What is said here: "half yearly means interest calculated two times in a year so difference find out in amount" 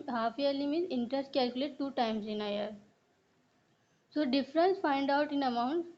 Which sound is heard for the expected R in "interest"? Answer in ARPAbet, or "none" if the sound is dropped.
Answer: R